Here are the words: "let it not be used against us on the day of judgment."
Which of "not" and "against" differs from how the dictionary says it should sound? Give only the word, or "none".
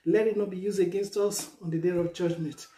none